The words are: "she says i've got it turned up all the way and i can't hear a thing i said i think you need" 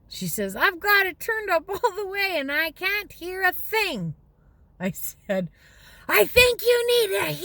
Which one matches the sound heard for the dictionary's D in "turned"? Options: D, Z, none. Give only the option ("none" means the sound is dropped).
D